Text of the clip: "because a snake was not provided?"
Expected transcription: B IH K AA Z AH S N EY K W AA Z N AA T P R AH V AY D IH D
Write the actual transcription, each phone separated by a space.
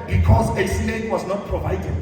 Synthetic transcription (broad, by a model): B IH K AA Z AH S L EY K W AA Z N AA T P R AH V AY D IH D